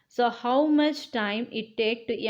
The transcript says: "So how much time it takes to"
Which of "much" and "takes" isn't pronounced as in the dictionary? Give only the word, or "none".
takes